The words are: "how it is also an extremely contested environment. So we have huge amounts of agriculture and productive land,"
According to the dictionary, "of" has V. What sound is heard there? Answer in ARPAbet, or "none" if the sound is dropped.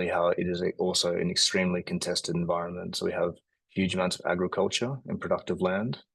V